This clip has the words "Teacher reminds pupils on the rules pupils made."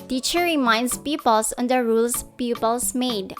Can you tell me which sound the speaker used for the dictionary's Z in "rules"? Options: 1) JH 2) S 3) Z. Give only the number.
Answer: 2